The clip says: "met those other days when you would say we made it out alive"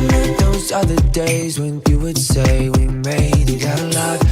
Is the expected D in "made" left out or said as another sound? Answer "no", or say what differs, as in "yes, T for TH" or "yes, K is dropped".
yes, D is dropped